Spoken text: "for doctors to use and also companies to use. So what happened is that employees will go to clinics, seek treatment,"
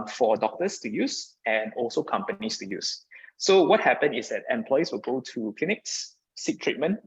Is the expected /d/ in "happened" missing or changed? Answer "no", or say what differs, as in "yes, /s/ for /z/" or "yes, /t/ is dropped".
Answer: yes, /d/ is dropped